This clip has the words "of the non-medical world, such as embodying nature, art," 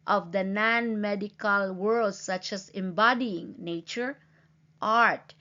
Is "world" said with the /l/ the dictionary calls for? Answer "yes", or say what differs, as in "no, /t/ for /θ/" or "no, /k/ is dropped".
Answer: yes